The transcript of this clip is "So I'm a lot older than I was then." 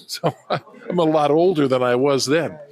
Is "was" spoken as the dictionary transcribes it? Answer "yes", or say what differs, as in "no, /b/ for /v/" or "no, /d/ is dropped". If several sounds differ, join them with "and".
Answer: yes